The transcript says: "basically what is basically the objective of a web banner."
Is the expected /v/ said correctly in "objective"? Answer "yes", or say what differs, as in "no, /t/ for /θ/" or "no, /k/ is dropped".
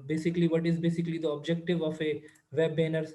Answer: yes